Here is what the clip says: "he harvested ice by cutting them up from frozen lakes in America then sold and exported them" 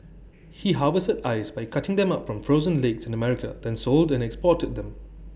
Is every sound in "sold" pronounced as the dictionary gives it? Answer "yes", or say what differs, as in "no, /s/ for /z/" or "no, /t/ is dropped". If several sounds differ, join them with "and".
yes